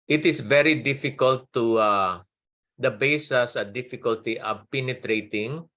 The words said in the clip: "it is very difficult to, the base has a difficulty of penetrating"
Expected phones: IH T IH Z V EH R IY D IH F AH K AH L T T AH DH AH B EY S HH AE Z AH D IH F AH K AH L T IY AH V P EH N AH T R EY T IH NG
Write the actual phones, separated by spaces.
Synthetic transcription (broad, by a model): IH T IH S V EH R IY D IH F AH K AH L T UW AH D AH B EY S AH S AH D IH F AH K AH L T IY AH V P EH N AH T R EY T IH NG